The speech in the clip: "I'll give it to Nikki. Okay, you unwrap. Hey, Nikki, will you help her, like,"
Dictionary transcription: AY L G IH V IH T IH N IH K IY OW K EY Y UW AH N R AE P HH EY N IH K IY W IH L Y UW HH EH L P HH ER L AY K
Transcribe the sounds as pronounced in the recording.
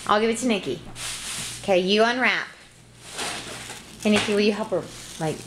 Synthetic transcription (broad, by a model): AY L G IH V IH T IH N IH K IY OW K EY Y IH AH N R AE P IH N IH K IY W IH L Y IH HH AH P ER L AY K